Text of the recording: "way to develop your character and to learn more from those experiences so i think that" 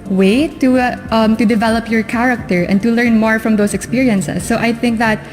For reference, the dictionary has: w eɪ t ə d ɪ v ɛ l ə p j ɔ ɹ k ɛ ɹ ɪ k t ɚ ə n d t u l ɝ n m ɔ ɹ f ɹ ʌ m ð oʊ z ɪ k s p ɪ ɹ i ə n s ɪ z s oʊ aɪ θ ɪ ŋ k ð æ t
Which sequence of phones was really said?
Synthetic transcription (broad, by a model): w eɪ t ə d ɪ v ɛ l ə p j ɔ ɹ k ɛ ɹ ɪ k t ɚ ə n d t u l ɝ n m ɔ ɹ f ɹ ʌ m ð oʊ s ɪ k s p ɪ ɹ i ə n s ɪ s oʊ aɪ θ ɪ ŋ k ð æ t